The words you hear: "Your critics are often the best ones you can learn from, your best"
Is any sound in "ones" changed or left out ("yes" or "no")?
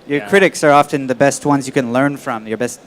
no